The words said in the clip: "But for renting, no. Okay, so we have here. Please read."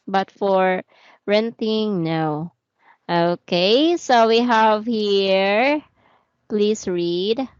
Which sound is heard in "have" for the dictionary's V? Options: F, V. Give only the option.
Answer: V